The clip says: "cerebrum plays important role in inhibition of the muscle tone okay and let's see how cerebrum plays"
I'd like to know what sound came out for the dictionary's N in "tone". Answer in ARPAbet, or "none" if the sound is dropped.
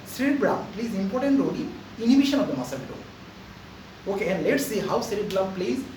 none